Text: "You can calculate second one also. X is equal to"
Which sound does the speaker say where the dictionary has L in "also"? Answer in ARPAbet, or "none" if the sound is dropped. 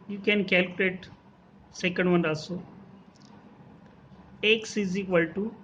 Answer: none